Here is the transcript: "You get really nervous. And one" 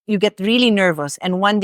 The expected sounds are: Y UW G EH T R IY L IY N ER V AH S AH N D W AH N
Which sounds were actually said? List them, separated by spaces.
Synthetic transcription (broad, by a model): Y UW G EH T R IY L IY N ER V AH S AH N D W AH N